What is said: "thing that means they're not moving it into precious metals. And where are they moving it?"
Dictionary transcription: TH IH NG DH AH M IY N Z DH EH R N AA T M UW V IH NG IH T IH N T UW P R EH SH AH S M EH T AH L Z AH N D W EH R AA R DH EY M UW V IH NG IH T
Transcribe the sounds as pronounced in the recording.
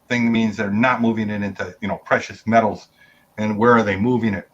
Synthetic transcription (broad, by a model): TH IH NG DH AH M IY N Z DH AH R N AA T M UW V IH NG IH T IH N T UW P R EH SH AH S M EH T L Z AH N W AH R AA R DH EY M UW V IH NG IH T